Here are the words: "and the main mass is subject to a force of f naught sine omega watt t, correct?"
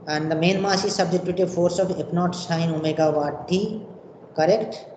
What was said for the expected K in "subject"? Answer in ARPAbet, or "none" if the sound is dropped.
none